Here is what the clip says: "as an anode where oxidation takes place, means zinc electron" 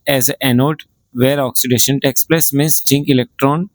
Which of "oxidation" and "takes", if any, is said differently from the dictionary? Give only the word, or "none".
none